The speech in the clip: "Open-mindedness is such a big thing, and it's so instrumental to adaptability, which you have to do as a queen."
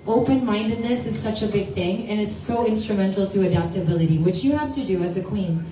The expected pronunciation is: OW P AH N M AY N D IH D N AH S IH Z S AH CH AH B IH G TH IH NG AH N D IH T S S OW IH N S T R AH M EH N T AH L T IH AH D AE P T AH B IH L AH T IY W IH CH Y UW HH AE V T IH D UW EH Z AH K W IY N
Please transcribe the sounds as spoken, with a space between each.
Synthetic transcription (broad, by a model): OW P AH N M AY N D IH D N AH S IH Z S AH CH AH B IH G TH IH NG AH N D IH T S S OW IH N S T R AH M EH N T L T IH AH D AE P T AH B IH L AH T IY W IH CH Y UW HH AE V T IH D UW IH Z AH K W IY N